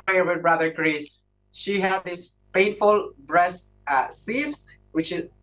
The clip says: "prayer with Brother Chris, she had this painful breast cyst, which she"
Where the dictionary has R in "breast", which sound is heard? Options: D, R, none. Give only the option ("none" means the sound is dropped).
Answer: R